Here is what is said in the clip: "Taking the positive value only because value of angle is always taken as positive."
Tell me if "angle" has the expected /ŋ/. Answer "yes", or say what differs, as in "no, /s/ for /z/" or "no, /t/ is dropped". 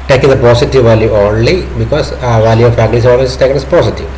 no, /ŋ/ is dropped